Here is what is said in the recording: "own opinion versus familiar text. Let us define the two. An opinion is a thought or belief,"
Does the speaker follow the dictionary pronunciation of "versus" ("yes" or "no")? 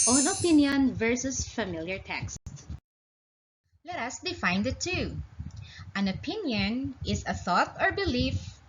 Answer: yes